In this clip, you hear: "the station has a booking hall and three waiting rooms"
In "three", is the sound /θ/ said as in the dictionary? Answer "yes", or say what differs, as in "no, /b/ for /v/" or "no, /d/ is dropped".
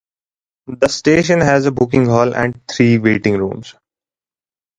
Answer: no, /t/ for /θ/